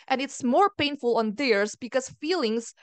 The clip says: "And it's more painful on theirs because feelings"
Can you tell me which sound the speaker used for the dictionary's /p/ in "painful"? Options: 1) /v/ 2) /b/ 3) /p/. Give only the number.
3